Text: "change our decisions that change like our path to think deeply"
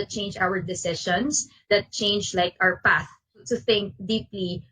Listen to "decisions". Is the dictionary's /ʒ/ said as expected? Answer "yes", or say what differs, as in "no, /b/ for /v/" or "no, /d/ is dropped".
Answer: no, /ʃ/ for /ʒ/